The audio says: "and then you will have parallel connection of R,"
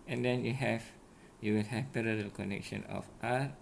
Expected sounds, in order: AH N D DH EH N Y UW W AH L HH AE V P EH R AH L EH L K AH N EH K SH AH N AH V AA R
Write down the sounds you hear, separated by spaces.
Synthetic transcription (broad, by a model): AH N D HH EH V Y UW W AH L HH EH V P EH R AH L EH L K AH N EH K SH AH N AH F AA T